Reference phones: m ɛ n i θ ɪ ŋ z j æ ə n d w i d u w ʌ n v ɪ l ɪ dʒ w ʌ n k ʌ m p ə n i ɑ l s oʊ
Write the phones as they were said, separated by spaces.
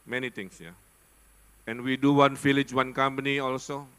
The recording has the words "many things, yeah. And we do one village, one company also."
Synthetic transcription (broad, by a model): m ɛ n i t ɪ ŋ s j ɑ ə n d w i d u w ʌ n f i l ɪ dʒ w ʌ n k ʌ m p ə n i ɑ l s oʊ